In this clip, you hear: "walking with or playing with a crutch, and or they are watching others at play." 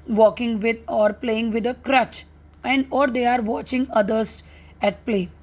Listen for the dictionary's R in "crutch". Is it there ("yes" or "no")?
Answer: yes